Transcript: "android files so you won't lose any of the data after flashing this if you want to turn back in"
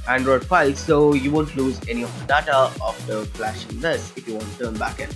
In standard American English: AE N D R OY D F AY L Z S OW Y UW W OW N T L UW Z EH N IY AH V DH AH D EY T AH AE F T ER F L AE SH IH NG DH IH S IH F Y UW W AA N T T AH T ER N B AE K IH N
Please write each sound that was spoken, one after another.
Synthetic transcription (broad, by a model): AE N D R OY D P AY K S S OW Y UW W OW N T L UW Z EH N IY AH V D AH D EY T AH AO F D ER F L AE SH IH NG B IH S IH F Y UW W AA N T T AH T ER N B AE K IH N